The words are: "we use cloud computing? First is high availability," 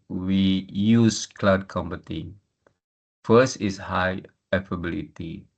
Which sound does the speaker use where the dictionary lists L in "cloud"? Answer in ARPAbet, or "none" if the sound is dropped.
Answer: L